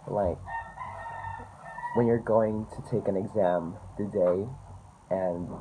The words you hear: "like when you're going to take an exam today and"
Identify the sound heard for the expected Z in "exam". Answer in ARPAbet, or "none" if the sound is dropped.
Z